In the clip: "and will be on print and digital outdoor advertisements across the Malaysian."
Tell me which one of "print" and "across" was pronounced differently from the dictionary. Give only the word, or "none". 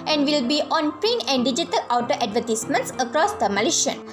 print